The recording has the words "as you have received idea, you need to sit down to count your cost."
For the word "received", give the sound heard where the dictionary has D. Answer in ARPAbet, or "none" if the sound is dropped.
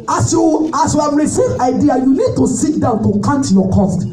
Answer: none